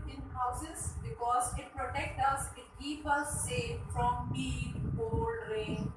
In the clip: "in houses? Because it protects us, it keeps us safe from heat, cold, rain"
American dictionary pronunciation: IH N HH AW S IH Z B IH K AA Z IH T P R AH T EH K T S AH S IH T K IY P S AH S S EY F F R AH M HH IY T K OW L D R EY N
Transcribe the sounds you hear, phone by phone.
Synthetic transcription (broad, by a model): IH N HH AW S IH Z B IH K AA Z IH T P R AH T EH K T AH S IH T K IY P AH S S EY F F R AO M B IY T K OW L D R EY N